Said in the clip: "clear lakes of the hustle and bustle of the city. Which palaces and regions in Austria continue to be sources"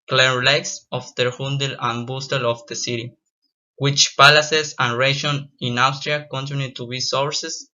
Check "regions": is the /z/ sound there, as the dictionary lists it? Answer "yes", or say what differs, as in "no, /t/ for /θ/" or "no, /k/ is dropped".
no, /z/ is dropped